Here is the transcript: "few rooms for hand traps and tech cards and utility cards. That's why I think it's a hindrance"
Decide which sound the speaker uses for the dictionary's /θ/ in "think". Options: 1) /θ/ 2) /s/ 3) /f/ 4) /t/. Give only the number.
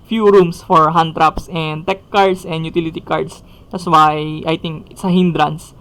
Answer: 4